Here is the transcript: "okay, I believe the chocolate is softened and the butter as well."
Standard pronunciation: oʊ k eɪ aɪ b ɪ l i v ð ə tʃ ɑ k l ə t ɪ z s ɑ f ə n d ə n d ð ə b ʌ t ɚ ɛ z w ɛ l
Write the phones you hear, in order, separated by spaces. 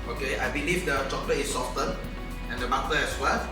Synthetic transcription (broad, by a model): oʊ k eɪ aɪ b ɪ l i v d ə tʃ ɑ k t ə ɪ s ɑ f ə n ə n d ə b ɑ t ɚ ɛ s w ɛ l